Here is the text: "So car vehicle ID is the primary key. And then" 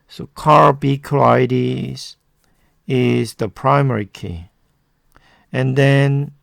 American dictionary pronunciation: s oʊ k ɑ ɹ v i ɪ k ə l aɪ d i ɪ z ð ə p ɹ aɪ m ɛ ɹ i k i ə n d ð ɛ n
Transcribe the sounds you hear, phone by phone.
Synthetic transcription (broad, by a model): s oʊ k ɑ ɹ b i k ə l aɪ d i ɪ z ð ə p ɹ aɪ m ɛ ɹ i k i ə n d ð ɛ n